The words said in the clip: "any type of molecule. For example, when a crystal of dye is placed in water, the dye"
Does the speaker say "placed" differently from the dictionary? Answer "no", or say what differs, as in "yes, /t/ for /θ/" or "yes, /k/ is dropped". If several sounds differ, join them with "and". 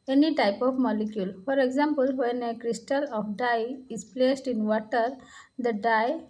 no